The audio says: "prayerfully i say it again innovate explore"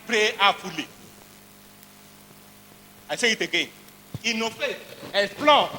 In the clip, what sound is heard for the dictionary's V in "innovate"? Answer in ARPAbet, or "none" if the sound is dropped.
F